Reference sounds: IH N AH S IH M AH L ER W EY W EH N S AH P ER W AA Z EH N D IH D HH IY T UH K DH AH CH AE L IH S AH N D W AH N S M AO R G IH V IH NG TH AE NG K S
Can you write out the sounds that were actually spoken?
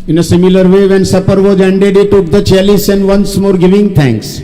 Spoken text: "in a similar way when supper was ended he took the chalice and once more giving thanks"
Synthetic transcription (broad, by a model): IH N AH S IH M AH L ER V EY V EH N S AH P ER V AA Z EH N D IH D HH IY T UH K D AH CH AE L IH S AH N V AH N S M AO R G IH V IH NG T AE NG K S